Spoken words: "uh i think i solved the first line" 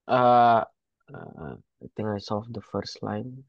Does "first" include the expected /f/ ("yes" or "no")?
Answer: yes